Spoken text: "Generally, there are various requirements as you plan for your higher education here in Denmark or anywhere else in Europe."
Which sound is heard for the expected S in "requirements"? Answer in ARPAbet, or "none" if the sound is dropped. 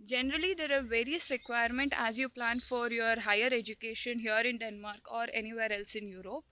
none